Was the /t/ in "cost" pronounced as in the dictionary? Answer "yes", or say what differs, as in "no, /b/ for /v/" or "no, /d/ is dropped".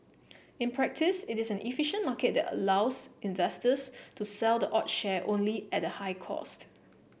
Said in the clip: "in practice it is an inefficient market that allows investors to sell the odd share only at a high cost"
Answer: yes